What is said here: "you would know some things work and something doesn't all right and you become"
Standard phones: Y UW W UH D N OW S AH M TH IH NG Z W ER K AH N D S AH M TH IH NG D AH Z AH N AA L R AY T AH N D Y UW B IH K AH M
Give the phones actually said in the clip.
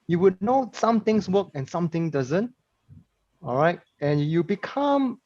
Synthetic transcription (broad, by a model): Y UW W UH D N OW S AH M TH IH NG S W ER K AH N S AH M T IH NG D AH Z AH N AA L R AY T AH N Y UW B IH K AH M